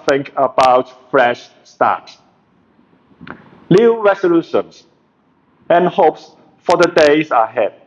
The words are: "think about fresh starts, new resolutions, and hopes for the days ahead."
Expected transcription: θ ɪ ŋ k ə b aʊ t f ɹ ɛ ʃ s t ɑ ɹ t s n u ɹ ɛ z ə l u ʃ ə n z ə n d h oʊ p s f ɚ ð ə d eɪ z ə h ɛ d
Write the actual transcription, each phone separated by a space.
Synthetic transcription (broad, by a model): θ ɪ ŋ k ə b aʊ t f ɹ ɛ ʃ s t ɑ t s l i ɹ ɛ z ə l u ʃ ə n s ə n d h oʊ p s f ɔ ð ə d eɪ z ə h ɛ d